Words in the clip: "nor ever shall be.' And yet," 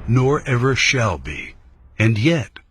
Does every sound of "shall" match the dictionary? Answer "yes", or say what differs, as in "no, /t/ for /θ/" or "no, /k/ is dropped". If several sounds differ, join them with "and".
yes